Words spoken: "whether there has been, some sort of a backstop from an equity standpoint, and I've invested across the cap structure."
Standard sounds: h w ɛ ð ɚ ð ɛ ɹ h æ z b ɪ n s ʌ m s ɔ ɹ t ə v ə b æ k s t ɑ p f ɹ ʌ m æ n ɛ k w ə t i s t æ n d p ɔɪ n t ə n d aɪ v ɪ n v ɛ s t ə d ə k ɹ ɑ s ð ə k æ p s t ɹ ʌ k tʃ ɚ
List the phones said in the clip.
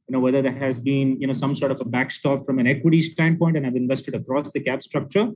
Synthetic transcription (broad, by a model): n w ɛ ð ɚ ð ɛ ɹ h æ z b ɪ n s ʌ m s ɔ ɹ t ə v ə b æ k s t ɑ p f ɹ ʌ m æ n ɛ k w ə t i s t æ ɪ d p ɔɪ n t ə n aɪ v ɪ n v ɛ s t ə d ə k ɹ ɑ s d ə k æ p s t ɹ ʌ k tʃ ɚ